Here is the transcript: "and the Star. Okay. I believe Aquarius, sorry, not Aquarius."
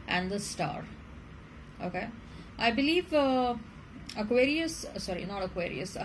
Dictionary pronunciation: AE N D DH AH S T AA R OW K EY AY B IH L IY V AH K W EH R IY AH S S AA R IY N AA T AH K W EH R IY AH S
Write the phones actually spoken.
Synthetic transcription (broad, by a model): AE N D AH S T AA R OW K EY AY B IH L IY V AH K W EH R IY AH S S AA R IY N AA T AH K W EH R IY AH S